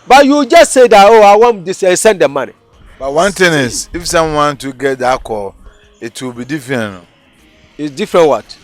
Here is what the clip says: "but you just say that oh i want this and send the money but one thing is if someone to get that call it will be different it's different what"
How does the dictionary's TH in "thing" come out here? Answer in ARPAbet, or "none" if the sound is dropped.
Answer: T